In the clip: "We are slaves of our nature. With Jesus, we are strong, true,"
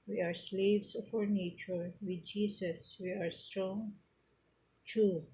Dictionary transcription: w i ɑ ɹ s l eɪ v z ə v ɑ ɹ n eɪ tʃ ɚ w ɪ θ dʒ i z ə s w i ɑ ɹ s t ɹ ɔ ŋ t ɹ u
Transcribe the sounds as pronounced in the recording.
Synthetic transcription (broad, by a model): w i ɑ ɹ s l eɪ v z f ɑ ɹ n eɪ tʃ ɚ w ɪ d dʒ i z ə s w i ɑ ɹ s t ɹ ɔ ŋ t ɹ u